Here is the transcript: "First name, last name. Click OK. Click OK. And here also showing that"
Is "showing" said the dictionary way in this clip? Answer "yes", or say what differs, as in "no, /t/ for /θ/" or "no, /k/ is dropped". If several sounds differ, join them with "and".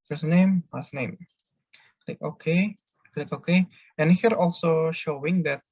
yes